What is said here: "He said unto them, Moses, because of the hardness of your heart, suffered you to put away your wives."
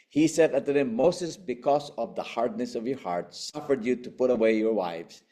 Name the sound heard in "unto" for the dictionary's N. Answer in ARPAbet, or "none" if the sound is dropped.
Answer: none